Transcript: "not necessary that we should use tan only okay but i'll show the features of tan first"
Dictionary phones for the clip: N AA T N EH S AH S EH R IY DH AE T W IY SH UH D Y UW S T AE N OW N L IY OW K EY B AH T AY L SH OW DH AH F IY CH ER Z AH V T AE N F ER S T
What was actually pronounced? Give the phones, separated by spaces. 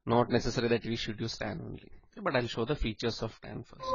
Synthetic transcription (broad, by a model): N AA T N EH S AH S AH R IY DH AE T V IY SH UH D Y UW S T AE N OW N L IY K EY B AH T AY L SH OW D AH F IY CH ER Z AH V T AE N F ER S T